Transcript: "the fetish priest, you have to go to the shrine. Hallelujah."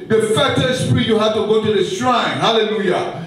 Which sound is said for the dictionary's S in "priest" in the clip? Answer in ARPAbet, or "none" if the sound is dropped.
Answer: none